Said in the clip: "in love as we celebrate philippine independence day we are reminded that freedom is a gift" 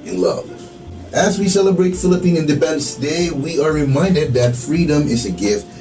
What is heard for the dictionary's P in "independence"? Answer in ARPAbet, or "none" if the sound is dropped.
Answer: B